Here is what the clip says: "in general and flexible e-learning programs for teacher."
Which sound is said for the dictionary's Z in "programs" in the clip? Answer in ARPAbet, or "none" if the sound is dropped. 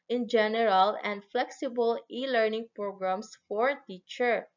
S